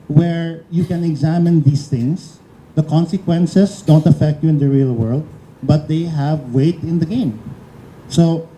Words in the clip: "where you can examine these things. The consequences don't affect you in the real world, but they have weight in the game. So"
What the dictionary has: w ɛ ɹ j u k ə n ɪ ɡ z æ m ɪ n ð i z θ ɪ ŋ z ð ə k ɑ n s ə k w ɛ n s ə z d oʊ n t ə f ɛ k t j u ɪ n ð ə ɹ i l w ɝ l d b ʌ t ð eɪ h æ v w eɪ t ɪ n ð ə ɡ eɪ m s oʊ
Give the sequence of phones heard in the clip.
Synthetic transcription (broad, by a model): w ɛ ɹ j u k ə n ɪ ɡ z æ m ɪ n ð i s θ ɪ ŋ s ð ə k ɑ n s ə k w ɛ n s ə s d oʊ n t ə f ɛ k t j u ɪ n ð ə ɹ i l w ɝ l d b ʌ t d eɪ h æ v w eɪ t ɪ n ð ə ɡ eɪ m s oʊ